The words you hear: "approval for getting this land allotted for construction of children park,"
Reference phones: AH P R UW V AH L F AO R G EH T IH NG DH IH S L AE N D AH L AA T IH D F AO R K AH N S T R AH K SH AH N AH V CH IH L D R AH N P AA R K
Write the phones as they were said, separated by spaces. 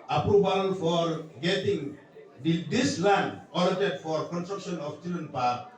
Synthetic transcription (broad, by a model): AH P R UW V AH L F AO R G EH T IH NG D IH S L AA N AH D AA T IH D F AO R K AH N S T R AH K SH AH N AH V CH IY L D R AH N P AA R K